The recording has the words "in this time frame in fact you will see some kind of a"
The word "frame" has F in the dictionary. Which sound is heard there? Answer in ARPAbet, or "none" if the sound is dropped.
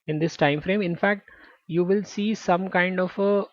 F